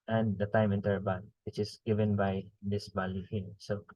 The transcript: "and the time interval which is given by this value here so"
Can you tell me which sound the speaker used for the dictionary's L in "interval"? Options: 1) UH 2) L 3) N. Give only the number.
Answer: 3